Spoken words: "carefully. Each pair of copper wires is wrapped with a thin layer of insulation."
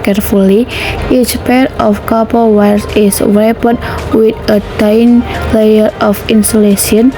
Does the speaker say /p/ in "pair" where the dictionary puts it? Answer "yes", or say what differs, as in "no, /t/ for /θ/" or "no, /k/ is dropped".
yes